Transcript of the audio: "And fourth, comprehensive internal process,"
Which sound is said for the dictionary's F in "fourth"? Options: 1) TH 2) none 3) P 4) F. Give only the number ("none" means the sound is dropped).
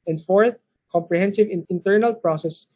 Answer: 4